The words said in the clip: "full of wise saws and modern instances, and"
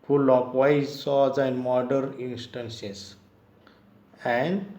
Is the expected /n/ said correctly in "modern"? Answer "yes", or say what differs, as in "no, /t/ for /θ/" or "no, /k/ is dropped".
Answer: yes